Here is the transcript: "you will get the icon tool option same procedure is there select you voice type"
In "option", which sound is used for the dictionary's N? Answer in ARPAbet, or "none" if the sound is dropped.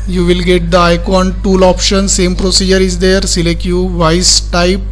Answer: N